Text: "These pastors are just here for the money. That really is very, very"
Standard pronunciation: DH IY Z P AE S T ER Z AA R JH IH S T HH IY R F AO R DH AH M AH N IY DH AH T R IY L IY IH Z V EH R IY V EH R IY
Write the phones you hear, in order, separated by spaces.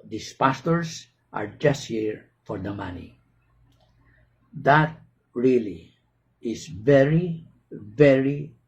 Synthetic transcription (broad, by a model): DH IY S P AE S T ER S AA R JH IH S T HH IY R F AO R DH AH M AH N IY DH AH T R IY L IY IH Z V EH R IY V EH R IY